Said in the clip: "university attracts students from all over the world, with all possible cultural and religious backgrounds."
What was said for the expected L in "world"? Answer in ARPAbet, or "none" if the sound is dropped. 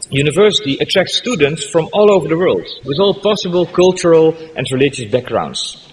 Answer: L